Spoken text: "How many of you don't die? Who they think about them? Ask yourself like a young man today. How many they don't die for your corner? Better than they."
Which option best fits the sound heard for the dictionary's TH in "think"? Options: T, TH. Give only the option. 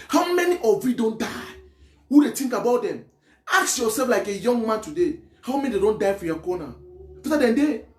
T